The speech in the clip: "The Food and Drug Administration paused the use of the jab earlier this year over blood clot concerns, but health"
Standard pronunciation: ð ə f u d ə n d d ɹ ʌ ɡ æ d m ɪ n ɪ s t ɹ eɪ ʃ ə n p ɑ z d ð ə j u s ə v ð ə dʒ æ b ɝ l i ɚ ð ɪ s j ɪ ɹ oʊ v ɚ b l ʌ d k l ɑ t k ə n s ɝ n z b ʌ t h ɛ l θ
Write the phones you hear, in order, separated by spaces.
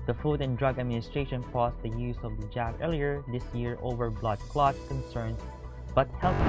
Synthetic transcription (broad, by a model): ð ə f u d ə n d d ɹ ʌ ɡ æ d m ɪ n ɪ s t ɹ eɪ ʃ ə n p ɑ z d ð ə j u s ə v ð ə dʒ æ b ɝ l i ɚ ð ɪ s j ɪ ɹ oʊ v ɚ b l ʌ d k l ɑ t k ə n s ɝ n b ʌ t h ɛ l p